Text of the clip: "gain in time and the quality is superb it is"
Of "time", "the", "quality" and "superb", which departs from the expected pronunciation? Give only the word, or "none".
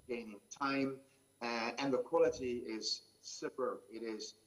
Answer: superb